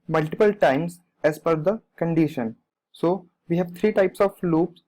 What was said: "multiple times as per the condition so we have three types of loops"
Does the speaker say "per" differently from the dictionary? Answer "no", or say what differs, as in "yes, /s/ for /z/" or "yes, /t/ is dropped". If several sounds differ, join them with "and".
yes, /f/ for /p/